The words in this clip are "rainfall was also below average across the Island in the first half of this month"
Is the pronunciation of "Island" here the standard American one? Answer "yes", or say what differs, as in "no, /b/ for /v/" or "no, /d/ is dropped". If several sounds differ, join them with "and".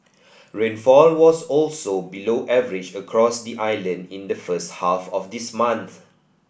yes